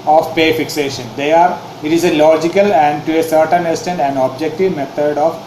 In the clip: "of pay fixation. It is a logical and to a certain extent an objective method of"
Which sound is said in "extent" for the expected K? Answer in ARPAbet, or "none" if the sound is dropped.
none